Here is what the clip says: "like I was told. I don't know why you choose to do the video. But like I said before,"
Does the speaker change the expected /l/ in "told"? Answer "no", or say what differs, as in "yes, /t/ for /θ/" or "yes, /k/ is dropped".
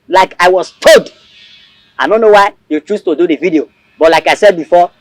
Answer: yes, /l/ is dropped